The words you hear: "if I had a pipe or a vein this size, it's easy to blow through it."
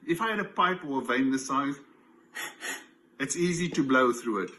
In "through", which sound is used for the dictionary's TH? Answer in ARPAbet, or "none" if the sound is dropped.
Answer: TH